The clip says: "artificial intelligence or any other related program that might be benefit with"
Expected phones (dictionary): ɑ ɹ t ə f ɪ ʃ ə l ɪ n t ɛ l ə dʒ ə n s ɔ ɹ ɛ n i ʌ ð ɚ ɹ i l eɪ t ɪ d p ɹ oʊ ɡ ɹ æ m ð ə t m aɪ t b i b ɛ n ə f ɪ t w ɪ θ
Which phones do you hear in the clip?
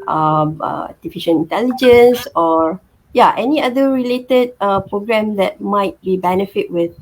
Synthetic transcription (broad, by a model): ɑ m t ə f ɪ ʃ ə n ɪ n t ɛ l ə dʒ ə n s ɔ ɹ ɛ n i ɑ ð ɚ ɹ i l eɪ t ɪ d p ɹ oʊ ɡ ɹ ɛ m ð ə t m aɪ t b i b ɛ n ə f ɪ t w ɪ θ